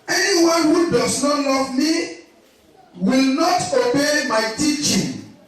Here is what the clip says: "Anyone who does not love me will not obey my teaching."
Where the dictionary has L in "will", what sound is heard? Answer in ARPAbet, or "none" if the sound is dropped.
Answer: L